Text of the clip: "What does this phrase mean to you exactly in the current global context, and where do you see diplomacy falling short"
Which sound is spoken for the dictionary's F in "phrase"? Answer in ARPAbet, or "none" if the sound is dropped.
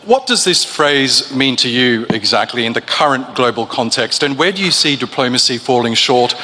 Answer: F